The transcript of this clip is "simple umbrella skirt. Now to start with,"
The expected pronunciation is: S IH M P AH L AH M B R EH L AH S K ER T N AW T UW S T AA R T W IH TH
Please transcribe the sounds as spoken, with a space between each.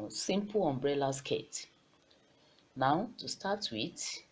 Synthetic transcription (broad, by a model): S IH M P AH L AH M B R EH L AH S K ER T N AW T UW S T AA T W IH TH